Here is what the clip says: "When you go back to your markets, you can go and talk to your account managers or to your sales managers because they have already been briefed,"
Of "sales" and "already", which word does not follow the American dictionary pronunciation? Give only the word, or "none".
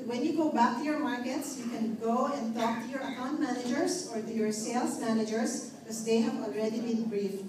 sales